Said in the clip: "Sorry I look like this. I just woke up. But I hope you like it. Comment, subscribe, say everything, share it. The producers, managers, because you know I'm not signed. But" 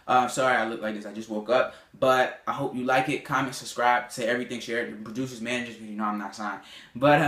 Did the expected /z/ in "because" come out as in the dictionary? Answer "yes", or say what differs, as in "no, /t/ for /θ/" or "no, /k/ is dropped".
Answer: no, /z/ is dropped